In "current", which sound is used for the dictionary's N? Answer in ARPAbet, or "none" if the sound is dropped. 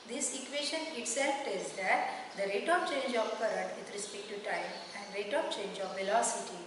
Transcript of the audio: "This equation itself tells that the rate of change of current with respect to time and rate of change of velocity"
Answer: none